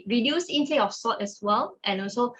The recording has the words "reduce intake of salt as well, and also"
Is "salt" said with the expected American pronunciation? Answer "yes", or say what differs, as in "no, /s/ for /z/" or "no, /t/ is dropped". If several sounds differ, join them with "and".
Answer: no, /l/ is dropped